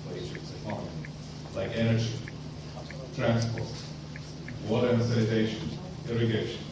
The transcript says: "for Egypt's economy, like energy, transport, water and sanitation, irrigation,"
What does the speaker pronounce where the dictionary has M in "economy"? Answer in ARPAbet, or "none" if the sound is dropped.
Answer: none